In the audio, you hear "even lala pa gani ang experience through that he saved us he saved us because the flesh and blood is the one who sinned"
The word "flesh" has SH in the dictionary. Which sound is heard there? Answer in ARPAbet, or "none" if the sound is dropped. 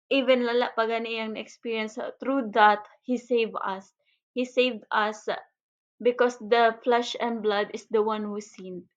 SH